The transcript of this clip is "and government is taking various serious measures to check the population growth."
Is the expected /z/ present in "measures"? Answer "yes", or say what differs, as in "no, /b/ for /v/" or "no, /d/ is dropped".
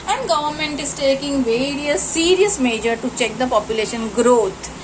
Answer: no, /z/ is dropped